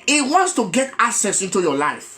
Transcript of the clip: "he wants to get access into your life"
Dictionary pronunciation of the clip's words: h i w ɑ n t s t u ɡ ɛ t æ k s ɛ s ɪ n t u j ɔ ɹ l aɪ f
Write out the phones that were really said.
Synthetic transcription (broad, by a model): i w ɑ n t s t u ɡ ɛ t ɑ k s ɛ s ɪ n t u j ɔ l aɪ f